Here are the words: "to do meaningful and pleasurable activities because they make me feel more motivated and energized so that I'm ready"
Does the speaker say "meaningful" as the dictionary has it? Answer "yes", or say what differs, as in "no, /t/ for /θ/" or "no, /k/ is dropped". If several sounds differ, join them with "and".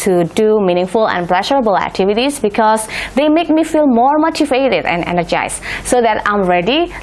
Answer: yes